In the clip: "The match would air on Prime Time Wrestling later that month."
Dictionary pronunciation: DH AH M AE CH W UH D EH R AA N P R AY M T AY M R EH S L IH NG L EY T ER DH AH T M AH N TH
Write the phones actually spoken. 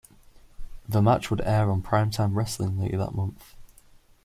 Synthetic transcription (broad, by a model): DH AH M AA CH W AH D EH R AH N P R AY M T AY M R EH S L IH NG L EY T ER DH AH T M AH N TH